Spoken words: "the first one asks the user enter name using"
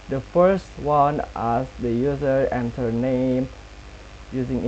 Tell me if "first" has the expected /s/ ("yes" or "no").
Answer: yes